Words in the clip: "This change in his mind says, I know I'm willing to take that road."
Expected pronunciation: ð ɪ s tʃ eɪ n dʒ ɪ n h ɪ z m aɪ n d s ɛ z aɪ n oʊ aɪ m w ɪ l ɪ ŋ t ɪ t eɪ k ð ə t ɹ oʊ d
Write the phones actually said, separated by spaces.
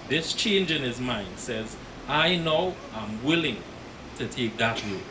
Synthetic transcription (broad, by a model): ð ɪ s tʃ eɪ n dʒ ɪ n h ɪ z m aɪ n d s ɛ z aɪ n oʊ aɪ m w ɪ l ɪ ŋ t ɪ t eɪ k ð ə t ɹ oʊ